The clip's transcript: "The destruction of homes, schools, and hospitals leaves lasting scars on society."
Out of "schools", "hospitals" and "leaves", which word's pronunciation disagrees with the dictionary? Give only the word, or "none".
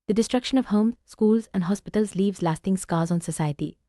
none